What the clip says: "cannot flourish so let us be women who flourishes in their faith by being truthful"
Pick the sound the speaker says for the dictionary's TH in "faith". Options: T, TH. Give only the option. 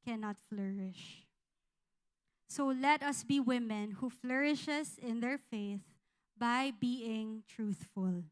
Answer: TH